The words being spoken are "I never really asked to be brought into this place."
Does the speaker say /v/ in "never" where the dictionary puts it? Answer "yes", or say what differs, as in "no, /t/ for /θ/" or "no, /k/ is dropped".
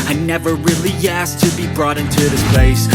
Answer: yes